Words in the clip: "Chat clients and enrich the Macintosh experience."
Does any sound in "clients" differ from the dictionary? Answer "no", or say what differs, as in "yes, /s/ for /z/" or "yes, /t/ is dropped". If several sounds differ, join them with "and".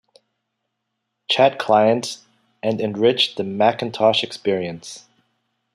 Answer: yes, /s/ is dropped